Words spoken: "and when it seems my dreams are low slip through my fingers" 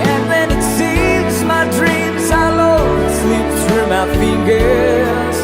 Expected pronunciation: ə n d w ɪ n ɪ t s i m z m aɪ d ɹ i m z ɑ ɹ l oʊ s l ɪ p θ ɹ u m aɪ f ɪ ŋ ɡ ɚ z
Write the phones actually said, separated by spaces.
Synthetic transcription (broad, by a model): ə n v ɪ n ɪ t s i m z m aɪ d ɹ i m z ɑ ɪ l oʊ s l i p s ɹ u m aɪ f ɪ ŋ ɡ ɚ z